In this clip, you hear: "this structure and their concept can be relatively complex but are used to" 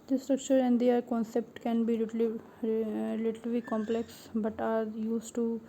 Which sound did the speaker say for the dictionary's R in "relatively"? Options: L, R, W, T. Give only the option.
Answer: L